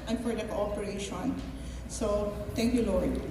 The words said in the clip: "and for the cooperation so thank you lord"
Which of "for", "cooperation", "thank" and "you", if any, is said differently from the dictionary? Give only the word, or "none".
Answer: thank